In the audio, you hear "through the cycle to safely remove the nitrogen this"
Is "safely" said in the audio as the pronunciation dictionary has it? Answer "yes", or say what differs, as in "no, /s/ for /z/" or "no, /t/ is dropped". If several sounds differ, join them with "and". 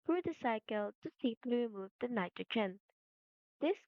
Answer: no, /p/ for /f/